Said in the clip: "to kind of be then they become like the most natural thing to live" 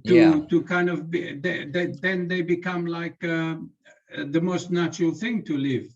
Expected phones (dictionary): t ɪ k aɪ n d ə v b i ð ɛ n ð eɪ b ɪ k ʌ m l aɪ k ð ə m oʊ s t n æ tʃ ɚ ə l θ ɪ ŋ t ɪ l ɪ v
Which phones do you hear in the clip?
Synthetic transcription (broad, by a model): t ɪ k aɪ n d ə v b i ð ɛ n ð eɪ b ɪ k ʌ m l aɪ k ð ə m oʊ s t n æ tʃ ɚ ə l θ ɪ ŋ t ɪ l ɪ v